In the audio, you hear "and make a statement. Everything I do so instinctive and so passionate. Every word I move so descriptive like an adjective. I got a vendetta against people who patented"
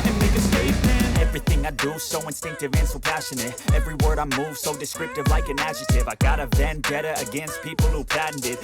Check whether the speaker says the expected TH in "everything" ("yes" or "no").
yes